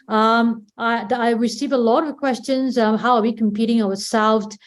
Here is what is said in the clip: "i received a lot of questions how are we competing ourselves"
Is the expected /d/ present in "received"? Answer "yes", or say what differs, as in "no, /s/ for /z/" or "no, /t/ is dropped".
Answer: no, /d/ is dropped